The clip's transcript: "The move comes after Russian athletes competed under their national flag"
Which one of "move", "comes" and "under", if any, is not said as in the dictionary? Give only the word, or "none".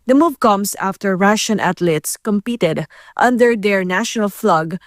comes